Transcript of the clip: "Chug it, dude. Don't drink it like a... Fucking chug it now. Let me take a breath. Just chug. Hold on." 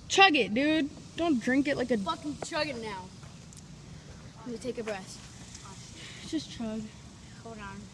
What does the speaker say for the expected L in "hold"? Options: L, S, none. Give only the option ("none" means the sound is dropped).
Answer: none